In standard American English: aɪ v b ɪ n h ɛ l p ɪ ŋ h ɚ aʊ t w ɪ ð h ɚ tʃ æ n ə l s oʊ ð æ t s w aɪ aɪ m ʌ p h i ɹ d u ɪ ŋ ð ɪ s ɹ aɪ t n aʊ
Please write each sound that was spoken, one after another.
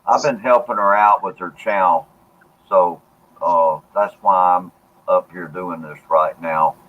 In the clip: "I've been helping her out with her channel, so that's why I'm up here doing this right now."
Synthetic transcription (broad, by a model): aɪ v b ɪ n h ɛ l p ɪ ŋ ɚ aʊ t w ɪ ð ɚ tʃ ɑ ə l s oʊ ð æ t s w aɪ aɪ m ʌ p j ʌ ɹ d u ɪ ŋ ð ɪ s ɹ aɪ t n aʊ